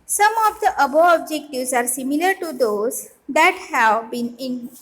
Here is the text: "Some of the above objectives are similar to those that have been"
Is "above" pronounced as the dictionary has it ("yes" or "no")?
no